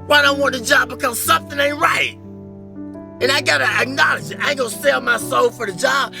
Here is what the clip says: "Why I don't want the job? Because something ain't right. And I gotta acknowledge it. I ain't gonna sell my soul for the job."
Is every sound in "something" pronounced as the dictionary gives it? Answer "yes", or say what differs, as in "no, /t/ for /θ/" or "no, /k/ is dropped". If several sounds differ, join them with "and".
yes